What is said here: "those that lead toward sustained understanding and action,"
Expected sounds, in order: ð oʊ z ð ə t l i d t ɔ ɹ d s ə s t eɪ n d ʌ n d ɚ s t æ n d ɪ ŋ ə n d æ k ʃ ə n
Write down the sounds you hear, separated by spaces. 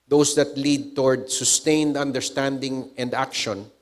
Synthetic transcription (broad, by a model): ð oʊ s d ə t l i d t ɔ ɹ d s ə s t eɪ n d ʌ n d ɚ s t æ n d ɪ ŋ ə n d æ k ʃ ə n